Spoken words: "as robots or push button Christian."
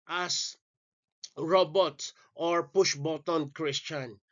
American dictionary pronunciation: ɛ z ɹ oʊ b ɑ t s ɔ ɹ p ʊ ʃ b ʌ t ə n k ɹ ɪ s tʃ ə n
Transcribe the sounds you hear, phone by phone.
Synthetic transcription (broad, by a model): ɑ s ɹ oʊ b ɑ t ɔ ɹ p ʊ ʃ b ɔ t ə n k ɹ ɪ s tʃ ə n